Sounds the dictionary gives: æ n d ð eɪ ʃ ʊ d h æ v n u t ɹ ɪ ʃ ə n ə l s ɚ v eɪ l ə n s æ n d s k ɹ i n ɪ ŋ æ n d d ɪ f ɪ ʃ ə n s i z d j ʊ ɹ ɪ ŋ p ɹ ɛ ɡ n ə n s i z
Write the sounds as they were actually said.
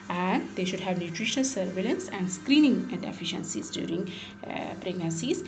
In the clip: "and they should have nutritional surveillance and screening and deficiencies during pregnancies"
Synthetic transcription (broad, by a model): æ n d eɪ ʃ ʊ d h æ v n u t ɹ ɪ ʃ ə n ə l s ɚ v eɪ l ə n s æ n d s k ɹ i n ɪ ŋ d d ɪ f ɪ ʃ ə n s i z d j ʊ ɹ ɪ ŋ p ɹ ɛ ɡ n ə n s i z